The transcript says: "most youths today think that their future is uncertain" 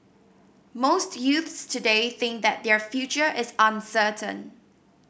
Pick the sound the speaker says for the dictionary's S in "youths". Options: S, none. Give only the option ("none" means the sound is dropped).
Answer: S